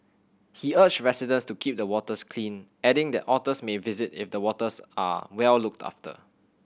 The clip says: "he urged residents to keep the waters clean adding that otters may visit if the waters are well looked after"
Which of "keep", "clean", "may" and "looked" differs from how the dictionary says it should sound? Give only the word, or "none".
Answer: none